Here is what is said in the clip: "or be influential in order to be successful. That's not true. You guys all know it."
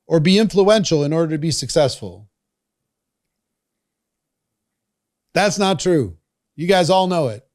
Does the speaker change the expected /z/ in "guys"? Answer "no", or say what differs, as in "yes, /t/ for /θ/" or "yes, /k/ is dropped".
no